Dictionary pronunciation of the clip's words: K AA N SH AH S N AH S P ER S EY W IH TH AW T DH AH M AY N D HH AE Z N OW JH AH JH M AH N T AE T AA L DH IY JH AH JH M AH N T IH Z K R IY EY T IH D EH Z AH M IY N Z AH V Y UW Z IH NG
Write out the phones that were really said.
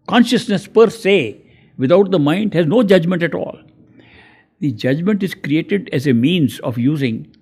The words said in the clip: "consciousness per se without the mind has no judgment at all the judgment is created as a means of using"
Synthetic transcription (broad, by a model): K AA N SH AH S N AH S P ER S EY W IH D AW T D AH M AY N D HH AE Z N OW JH AH JH M AH N T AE T AA L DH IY JH AH JH M AH N T IH Z K R IY EY T IH D EH Z AH M IY N Z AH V Y UW Z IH NG